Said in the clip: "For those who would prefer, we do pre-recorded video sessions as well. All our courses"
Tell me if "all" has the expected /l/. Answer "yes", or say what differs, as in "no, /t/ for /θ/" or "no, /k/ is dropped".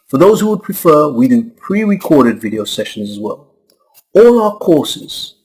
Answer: yes